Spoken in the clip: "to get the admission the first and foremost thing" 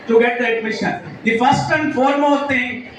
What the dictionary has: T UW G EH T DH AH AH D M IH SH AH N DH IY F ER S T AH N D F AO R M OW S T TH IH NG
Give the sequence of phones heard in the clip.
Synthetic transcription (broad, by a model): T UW G EH T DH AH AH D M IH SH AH N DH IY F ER S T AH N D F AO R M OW T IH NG